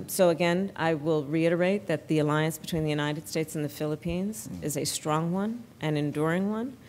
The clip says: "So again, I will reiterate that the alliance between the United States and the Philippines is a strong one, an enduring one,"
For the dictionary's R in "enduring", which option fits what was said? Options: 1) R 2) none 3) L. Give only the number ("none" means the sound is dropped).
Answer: 1